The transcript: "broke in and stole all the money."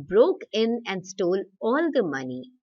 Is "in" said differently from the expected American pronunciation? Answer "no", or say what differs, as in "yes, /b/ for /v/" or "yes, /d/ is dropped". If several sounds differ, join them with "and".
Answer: no